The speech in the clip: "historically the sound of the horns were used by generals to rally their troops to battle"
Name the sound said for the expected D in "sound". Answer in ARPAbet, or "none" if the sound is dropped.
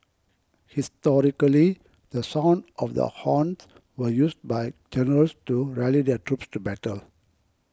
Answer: D